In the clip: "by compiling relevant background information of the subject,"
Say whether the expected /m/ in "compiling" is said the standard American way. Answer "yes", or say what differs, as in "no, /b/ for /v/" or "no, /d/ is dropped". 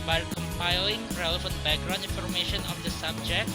yes